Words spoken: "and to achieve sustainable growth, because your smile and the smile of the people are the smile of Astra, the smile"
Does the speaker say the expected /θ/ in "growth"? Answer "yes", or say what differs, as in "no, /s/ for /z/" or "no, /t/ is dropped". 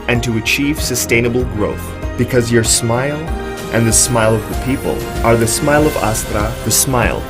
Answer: yes